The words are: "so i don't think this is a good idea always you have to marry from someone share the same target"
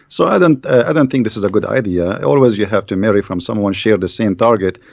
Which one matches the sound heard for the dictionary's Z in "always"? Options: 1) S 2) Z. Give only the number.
2